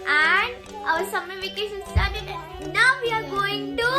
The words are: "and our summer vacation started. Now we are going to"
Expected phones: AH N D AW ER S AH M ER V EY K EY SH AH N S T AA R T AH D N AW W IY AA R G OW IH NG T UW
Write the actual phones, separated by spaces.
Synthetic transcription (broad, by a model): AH N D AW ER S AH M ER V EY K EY S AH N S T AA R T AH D N AW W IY AA R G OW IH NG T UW